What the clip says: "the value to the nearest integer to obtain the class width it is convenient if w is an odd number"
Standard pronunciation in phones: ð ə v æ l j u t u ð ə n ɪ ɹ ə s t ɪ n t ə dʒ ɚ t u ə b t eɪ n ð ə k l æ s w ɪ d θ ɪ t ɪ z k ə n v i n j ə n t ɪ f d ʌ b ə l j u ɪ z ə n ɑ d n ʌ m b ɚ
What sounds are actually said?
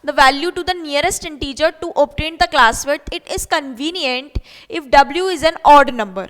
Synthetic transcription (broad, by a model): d ə v æ l j u t u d ə n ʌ ɹ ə s t ɪ n t ə dʒ ɚ t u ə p t eɪ n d ə k l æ s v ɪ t ɪ t ɪ z k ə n v i n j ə n t ɪ f d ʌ b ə l j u ɪ z ə n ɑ d n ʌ m b ɚ